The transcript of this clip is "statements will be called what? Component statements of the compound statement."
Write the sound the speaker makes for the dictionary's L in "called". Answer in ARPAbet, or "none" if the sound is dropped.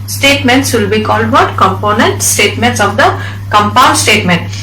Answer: L